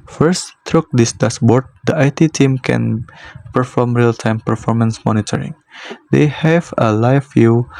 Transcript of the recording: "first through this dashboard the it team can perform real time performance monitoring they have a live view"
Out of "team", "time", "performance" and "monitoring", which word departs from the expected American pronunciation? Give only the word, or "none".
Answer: none